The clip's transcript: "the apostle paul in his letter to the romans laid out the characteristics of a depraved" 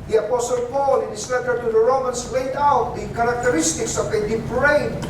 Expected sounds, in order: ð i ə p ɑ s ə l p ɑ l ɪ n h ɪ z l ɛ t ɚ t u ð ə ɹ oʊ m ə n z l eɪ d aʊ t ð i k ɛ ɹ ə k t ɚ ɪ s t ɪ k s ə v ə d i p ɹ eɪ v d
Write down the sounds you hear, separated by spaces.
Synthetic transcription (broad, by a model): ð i ə p ɑ s ə l p ɑ l ɪ n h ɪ s l ɛ t ɚ t u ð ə ɹ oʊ m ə n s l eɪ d aʊ t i k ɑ ɹ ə k t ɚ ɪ s t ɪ k s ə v ə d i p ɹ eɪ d